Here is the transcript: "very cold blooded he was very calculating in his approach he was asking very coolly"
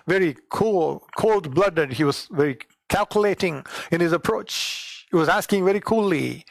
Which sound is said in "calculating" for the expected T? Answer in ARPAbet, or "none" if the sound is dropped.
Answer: T